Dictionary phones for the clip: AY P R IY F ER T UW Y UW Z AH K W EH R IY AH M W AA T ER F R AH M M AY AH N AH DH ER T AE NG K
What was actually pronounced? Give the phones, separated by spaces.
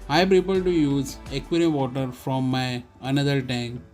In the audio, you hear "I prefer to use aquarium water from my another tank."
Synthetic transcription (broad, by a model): AY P R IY P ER T UW Y UW Z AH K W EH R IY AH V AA T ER F R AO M M AY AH N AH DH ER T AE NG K